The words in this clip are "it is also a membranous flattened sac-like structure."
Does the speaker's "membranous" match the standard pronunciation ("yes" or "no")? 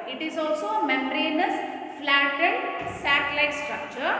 no